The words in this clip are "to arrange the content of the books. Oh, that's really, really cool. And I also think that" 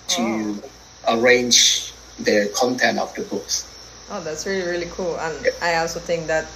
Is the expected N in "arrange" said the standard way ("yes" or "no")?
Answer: yes